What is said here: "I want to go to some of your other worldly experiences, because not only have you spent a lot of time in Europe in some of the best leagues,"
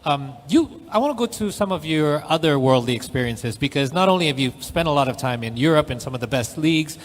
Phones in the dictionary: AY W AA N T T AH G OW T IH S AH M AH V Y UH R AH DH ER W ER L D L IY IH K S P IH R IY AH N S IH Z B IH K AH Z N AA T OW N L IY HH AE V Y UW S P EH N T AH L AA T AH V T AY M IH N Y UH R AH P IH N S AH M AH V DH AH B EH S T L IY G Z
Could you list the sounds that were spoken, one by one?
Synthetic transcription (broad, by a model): AY W AA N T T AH G OW T IH S AH M AH V Y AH R AH DH ER W ER L D L IY IH K S P IH R IY AH N S IH Z B IH K AH Z N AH T OW N L IY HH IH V Y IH S P EH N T AH L AA T AH V T AY M IH N Y UH R AH P IH N S AH M AH V DH AH B EH S T L IY G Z